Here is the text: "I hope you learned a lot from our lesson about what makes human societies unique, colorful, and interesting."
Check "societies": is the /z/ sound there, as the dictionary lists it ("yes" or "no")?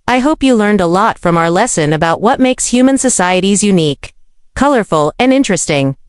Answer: yes